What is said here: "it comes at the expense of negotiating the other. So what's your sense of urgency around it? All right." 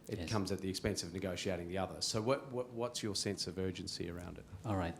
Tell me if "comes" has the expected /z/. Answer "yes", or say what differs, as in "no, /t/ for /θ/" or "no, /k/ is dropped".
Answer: yes